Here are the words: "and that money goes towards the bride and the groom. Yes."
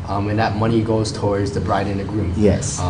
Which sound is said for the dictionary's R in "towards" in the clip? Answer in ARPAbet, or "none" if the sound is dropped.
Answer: R